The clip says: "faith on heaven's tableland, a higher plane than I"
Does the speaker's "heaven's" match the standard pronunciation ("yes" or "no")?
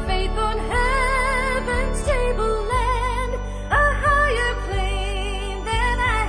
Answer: no